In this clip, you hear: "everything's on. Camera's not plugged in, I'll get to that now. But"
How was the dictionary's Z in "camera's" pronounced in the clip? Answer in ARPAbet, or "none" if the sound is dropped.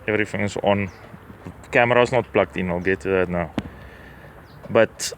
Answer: S